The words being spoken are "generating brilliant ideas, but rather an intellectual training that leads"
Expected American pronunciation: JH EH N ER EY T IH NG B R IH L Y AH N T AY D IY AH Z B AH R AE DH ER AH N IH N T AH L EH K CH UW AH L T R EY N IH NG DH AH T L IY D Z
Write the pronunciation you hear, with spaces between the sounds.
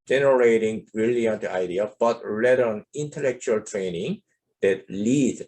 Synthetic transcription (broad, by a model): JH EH N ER EY T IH NG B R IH L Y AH N T AY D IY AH B AH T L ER AH N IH N T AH L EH K CH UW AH L T R EY N IH NG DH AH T L IY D